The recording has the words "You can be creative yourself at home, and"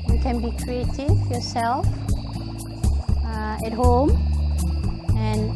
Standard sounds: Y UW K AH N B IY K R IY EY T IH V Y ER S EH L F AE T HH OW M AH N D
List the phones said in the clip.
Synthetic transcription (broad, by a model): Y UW K AH N B IY K R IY EY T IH F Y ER S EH L F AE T HH OW M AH N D